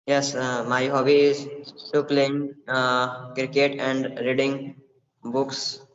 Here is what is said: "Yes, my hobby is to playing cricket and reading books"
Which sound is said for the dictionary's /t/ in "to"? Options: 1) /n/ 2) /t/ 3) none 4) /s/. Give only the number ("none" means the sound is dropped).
4